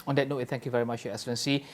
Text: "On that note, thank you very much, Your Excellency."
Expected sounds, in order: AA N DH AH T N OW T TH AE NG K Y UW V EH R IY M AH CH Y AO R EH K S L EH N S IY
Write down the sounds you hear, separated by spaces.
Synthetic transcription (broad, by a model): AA N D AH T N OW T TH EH NG K Y UW V EH R IY M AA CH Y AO EH K S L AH N S IY